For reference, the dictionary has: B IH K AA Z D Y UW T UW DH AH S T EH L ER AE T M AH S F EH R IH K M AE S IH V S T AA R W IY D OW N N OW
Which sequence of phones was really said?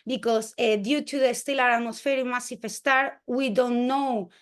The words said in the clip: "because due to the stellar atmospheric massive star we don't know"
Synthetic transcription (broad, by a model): B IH K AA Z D Y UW T UW DH AH S T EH L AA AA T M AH S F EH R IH M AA S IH F S T AA R W IY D OW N N OW